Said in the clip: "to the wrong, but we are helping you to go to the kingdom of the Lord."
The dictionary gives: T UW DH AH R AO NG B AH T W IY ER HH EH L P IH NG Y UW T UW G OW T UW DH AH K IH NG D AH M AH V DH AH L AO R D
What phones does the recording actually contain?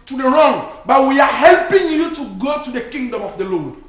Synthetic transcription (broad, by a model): T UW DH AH R AO NG B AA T W IY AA HH EH L P IH NG Y UW T UW G OW T UW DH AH K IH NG D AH M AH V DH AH L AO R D